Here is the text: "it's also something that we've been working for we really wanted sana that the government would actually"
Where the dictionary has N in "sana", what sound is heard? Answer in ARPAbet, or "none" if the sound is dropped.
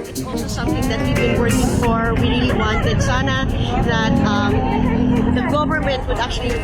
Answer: N